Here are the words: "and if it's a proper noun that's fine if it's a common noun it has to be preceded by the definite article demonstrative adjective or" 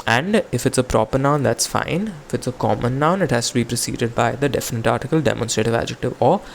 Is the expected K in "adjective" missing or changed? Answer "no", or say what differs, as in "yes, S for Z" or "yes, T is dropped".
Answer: no